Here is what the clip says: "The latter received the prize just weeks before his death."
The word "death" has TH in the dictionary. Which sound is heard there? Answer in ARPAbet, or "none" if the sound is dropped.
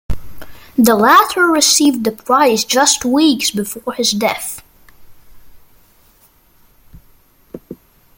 TH